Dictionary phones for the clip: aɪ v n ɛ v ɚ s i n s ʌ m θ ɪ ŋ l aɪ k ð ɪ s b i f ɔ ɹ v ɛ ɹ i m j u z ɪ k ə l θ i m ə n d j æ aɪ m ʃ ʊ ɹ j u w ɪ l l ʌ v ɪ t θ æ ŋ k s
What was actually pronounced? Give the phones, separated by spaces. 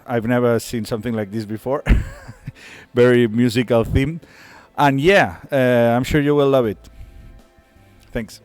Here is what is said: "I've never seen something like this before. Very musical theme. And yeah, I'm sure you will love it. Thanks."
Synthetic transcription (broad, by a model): aɪ v n ɛ v ɚ s i n s ʌ m θ ɪ ŋ l aɪ k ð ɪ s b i f ɔ ɹ v ɛ ɹ i m j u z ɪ k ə l θ i m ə n j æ aɪ m ʃ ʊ ɹ j u w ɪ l l ʌ v ɪ t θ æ ŋ k s